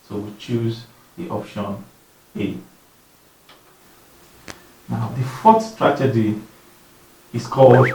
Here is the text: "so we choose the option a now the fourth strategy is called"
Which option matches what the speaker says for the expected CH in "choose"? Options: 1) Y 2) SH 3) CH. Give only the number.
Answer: 3